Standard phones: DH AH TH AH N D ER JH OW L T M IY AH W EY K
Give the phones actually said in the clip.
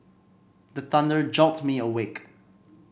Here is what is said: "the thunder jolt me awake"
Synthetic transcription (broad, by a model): DH AH TH AH N D ER JH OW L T M IY AH W EY K